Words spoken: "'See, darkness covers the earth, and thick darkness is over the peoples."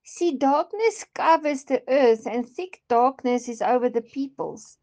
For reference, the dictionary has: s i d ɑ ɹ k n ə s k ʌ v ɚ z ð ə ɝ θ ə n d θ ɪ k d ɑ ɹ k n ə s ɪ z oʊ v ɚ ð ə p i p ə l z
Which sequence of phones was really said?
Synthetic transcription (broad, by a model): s i d ɑ k n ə s k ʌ v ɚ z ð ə ɝ θ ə n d θ ɪ k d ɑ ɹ k n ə s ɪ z oʊ v ɚ ð ə p i p ə l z